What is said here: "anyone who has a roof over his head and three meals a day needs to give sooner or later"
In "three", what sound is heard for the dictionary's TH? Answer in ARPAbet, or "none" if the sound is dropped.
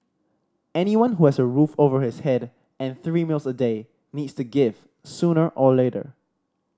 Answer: TH